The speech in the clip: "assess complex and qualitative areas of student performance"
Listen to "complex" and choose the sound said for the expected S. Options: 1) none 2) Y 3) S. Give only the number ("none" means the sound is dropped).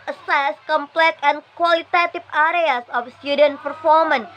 1